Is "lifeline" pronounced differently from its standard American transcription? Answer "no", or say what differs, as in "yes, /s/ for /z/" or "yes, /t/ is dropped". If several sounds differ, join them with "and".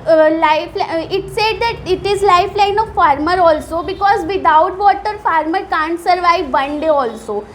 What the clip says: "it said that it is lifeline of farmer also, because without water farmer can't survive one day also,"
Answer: no